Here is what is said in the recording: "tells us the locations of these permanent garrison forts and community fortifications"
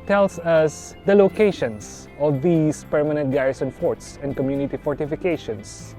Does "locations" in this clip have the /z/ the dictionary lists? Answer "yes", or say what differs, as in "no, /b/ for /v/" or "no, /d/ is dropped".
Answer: no, /s/ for /z/